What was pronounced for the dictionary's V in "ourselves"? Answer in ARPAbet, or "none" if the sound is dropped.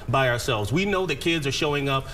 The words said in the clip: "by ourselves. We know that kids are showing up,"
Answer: V